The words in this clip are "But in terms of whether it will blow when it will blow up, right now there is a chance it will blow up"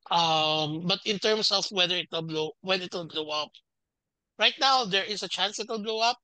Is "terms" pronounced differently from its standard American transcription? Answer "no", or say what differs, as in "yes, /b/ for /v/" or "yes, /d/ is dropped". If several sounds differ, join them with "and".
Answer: yes, /s/ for /z/